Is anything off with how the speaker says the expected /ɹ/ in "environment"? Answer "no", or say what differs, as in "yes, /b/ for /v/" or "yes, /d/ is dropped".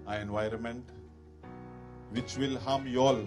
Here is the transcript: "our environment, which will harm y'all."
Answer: no